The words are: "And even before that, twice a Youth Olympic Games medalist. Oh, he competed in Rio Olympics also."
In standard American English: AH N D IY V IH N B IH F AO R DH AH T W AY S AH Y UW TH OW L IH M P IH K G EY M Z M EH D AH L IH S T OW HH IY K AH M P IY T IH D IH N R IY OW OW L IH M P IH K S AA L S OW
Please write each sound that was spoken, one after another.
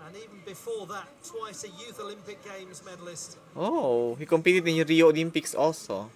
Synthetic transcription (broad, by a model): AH N IY V IH N B IH F AO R DH AH T W AY S AH Y UW TH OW L IH M P IH K G EY M Z M EH D AH L IH S T OW HH IY K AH M P IY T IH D IH N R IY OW OW L IH M P IH K S AA L S OW